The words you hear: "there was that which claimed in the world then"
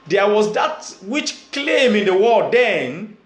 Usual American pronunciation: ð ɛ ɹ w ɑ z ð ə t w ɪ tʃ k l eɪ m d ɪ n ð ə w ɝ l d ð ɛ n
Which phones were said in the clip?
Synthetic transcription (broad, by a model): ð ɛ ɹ w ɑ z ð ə t w ɪ tʃ k l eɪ m ɪ n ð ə w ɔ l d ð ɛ n